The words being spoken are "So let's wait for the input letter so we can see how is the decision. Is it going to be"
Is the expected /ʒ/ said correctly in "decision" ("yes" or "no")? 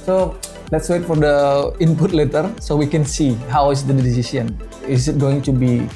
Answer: no